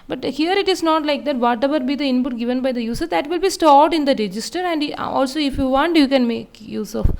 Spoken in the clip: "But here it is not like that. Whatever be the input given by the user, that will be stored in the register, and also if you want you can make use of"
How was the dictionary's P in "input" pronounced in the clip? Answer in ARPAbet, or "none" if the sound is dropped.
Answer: P